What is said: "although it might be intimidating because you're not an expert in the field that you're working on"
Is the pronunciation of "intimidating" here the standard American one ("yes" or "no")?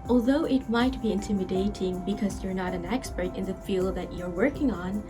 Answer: yes